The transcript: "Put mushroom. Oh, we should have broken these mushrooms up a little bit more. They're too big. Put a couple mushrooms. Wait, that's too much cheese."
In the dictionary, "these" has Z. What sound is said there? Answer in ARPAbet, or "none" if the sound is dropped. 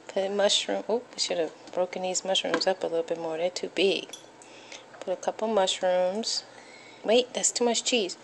Z